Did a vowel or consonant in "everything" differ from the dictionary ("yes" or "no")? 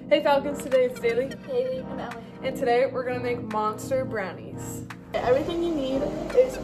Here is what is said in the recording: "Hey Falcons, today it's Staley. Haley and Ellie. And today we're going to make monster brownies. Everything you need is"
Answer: no